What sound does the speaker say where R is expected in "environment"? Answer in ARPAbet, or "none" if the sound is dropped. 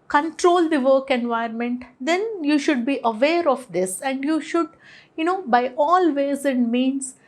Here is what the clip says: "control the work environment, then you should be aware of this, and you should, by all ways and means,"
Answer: none